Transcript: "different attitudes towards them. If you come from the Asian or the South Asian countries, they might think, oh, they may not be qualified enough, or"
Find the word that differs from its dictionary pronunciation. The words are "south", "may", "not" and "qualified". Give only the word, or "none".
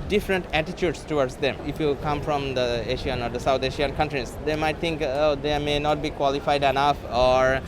south